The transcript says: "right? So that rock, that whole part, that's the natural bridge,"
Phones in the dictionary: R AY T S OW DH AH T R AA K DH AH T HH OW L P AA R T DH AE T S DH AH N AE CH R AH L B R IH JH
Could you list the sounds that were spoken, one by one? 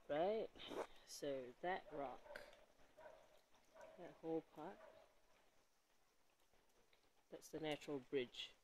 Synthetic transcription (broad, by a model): R AY T S OW DH AH T R AA K DH AH T HH OW L P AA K DH AE T S DH AH N AE CH R AH L B R IH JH